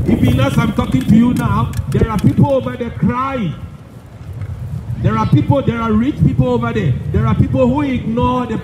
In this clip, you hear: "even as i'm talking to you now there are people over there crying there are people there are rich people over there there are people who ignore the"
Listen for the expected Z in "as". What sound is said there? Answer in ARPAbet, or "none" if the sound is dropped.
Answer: S